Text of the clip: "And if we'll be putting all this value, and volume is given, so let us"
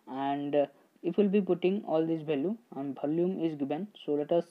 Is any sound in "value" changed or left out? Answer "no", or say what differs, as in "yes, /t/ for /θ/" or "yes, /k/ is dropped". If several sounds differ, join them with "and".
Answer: yes, /b/ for /v/